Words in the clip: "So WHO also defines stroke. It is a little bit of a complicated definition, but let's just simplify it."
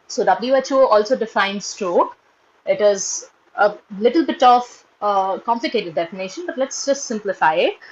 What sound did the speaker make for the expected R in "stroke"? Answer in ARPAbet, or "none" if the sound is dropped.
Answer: R